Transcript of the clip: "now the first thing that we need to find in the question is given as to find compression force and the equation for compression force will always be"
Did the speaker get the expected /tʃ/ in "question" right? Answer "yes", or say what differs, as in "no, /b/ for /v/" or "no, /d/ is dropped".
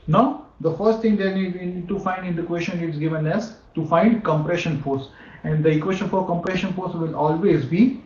no, /ʃ/ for /tʃ/